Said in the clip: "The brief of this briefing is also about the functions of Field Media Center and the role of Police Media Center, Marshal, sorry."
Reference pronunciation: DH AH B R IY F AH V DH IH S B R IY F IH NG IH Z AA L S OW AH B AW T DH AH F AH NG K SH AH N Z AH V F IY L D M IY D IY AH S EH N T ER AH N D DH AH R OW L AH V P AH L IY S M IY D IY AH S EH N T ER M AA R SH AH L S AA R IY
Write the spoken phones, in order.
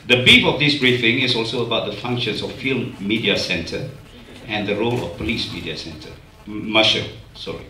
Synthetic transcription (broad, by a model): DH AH B IY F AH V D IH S B R IY F IH NG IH S AA L S OW AH B AW T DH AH F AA NG K SH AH N S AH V F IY L M IY D IY AH S EH N T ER AH N D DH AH R OW L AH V P AH L IY S M IY D IY AH S EH N T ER M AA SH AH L S AA R IY